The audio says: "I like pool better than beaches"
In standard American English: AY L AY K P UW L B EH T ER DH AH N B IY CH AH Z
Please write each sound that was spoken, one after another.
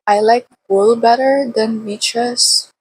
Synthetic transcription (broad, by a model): AY L AY K B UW L B EH T ER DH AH N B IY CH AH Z